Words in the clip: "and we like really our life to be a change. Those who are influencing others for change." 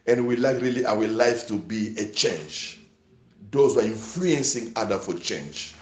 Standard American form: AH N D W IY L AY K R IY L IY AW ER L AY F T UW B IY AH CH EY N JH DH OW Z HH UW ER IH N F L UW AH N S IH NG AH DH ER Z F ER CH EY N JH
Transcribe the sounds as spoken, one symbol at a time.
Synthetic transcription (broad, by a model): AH N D W IY L AY K R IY L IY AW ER L AY F T UW B IY AH CH EY N JH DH OW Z HH UW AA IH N F L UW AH N S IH NG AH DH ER F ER CH EY N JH